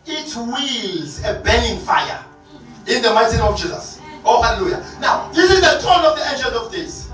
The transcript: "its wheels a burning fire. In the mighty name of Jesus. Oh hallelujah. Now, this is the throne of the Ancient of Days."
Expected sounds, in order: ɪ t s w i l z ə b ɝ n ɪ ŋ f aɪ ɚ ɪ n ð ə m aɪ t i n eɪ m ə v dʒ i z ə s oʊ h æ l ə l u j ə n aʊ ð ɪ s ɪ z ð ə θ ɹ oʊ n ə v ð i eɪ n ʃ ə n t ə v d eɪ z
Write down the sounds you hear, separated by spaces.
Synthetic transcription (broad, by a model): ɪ t w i l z ə b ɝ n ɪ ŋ f aɪ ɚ ɪ n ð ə m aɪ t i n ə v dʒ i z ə s oʊ h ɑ l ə l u j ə n aʊ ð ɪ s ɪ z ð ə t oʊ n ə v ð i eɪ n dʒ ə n ə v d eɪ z